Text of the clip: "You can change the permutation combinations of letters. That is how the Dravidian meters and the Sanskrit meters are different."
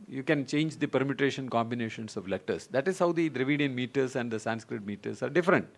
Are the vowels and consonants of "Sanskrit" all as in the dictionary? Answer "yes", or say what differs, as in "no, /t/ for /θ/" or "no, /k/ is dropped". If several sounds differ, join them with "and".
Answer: yes